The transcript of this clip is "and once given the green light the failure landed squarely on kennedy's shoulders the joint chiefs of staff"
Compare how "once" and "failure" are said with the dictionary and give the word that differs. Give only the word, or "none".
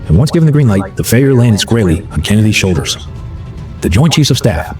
failure